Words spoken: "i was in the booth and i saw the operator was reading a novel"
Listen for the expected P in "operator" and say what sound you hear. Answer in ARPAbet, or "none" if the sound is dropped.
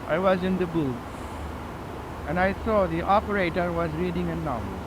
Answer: P